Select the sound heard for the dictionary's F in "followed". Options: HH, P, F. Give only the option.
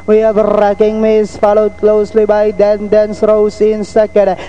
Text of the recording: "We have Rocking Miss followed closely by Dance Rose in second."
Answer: F